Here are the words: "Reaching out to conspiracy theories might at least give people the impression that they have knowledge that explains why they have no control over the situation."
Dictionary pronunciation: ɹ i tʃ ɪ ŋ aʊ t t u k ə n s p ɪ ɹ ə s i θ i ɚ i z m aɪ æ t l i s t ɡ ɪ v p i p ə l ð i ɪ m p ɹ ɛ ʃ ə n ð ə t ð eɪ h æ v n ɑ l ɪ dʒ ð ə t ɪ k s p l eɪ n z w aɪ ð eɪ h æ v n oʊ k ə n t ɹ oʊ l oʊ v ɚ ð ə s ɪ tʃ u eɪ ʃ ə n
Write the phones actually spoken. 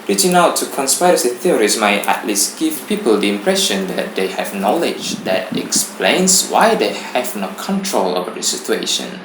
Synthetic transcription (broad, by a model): ɹ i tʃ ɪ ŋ aʊ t t u k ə n s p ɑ ə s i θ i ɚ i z m aɪ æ t l i s t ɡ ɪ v p i p ə l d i ɪ m p ɹ ɛ ʃ ə n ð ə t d eɪ h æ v n ɑ l ɪ dʒ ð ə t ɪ k s p l eɪ n s w aɪ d eɪ h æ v n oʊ k ə n t ɹ oʊ l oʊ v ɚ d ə s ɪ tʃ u eɪ ʃ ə n